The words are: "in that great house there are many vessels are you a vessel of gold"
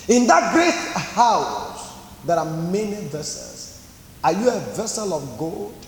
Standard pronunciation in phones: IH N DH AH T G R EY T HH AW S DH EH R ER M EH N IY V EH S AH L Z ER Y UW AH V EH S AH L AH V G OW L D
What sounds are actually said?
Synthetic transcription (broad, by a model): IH N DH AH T G R EY T HH AW S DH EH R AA M EH N IY V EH S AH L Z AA Y UW AH V EH S AH L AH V G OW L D